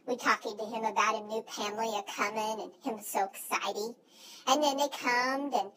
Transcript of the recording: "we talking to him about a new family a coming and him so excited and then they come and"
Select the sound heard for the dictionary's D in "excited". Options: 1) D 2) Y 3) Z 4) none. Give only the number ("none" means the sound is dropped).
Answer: 4